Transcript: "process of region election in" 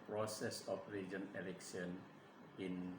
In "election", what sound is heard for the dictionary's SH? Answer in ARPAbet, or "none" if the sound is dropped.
S